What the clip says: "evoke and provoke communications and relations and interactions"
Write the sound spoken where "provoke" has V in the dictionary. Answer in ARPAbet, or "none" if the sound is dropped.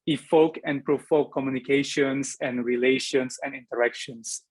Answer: F